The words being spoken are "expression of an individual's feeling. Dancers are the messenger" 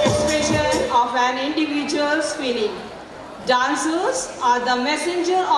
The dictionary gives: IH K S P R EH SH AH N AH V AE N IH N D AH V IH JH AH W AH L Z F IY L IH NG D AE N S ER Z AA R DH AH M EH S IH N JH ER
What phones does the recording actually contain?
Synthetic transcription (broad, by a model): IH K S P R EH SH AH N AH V AE N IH N D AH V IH JH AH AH L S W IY N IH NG D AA N S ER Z AA R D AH M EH S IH N JH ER